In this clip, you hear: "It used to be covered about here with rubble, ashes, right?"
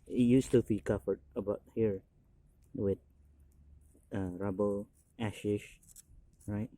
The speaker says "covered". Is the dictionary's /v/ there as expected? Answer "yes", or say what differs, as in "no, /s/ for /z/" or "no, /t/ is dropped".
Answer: no, /f/ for /v/